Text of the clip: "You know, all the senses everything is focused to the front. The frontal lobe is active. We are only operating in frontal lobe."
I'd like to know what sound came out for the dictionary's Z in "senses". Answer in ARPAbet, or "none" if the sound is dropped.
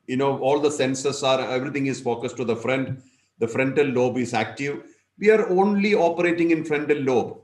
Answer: S